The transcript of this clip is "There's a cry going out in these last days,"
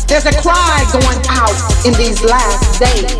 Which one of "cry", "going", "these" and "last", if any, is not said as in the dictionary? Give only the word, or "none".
cry